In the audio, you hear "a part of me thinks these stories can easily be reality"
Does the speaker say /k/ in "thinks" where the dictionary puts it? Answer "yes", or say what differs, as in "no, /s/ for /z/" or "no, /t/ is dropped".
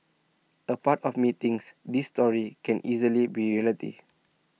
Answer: no, /k/ is dropped